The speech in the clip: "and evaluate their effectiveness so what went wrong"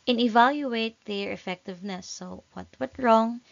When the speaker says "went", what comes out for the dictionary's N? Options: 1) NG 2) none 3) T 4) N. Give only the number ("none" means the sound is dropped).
2